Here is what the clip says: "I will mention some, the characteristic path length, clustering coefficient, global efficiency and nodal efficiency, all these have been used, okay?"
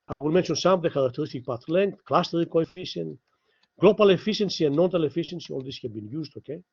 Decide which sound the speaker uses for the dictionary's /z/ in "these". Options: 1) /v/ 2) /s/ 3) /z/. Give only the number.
2